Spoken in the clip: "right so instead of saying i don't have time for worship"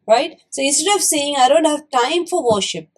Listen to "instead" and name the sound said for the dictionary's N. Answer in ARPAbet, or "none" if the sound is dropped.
none